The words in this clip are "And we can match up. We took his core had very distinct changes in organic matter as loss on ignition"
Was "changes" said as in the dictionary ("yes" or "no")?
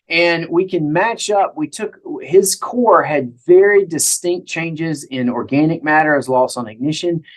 yes